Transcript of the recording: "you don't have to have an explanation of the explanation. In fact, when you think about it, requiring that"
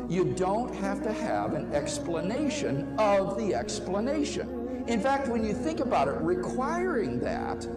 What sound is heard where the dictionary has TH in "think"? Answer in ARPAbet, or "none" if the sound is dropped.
TH